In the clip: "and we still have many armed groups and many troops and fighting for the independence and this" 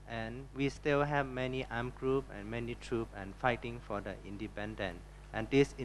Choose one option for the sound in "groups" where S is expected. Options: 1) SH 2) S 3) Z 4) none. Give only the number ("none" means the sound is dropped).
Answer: 4